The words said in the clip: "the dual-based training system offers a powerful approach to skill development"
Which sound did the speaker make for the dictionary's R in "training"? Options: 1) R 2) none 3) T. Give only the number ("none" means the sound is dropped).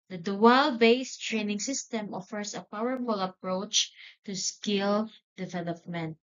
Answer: 1